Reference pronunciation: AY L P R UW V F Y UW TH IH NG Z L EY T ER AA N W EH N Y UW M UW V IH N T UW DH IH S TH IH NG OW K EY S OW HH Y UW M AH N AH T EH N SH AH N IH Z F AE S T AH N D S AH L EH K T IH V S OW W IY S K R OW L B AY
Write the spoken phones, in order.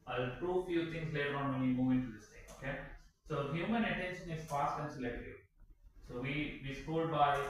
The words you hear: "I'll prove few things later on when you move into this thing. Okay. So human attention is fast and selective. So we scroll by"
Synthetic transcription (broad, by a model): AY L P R UW F Y UW T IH NG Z L EY T ER AA N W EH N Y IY M UW V IH N T UW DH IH S T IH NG OW K EY S OW HH Y UW M AH N AH T EH N SH AH N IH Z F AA S T AH N D S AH L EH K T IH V S OW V IY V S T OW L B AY